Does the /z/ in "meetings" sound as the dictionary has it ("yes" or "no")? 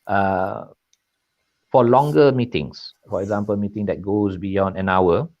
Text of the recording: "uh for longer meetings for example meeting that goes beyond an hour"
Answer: no